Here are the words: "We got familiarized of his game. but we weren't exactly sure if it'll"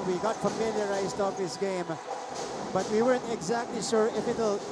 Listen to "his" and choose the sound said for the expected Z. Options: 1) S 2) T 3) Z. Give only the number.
1